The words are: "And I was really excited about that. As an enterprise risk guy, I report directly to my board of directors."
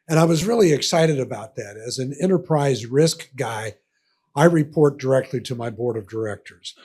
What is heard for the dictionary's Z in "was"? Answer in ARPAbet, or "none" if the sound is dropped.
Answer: Z